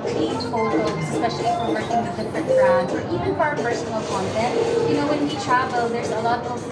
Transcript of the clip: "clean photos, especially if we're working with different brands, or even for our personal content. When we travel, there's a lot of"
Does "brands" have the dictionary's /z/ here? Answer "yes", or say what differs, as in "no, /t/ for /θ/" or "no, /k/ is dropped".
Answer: no, /z/ is dropped